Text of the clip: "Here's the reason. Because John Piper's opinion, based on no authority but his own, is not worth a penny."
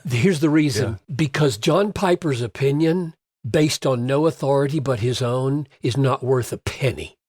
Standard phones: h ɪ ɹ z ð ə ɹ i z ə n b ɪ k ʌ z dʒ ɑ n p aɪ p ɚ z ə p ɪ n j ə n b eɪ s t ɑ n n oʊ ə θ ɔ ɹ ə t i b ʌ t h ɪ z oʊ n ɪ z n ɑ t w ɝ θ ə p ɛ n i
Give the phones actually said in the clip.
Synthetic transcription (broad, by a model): h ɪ ɹ z ð ə ɹ i z ə n b ɪ k ʌ z dʒ ɑ n p aɪ p ɚ z ə p ɪ n j ə n b eɪ s t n n oʊ ə θ ɔ ɹ ə t i b ʌ t h ɪ z oʊ n ɪ z n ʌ t w ɝ θ ə p ɛ n i